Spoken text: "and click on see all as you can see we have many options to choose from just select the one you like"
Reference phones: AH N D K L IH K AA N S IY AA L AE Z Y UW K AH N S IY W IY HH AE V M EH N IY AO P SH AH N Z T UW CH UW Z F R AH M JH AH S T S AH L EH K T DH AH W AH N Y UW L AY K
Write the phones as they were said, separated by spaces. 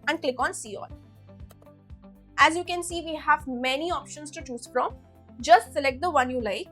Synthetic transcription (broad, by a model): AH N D K L IH K AA N S IY AA L AE Z Y UW K AH N S IY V IY HH AE V M EH N IY AO P SH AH N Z T UW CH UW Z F R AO M JH AH S T S AH L EH K T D AH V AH N Y UW L AY K